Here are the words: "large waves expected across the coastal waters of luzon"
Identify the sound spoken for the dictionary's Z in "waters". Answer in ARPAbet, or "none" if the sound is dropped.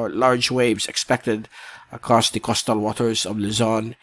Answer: Z